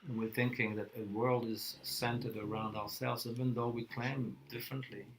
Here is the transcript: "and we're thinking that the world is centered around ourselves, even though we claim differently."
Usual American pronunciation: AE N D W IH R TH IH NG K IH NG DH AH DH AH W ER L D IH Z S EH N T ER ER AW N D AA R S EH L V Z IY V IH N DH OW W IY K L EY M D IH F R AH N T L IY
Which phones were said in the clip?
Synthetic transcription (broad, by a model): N W IH R TH IH NG K IH NG DH AH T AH W ER L D IH Z S EH N T ER ER AW N D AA R S EH L V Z IY V IH N DH OW W IY K L EY M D IH F R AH N T L IY